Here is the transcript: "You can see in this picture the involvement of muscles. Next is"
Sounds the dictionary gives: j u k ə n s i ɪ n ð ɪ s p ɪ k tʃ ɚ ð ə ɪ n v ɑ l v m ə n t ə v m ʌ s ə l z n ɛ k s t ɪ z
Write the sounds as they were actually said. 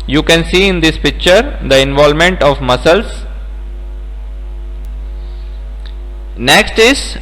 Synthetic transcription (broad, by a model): j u k ə n s i ɪ n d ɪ s p ɪ k tʃ ɚ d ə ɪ n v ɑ l m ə n t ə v m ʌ s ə l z n ɛ k s t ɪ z